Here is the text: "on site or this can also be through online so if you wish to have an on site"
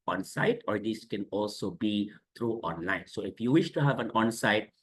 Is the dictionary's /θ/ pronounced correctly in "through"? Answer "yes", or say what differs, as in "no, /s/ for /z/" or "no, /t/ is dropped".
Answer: no, /t/ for /θ/